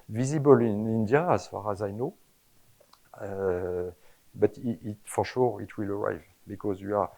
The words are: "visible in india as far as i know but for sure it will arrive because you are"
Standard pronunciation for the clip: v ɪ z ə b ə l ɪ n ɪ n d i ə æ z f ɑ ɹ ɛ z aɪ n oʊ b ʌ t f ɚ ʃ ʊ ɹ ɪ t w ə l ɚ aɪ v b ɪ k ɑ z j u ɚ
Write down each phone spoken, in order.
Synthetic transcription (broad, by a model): v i z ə b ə l ɪ n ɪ n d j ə æ z f ɑ ɹ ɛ z aɪ n oʊ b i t f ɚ ʃ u ɹ ɪ t w ə l ɚ aɪ v b ɪ k ɑ z j u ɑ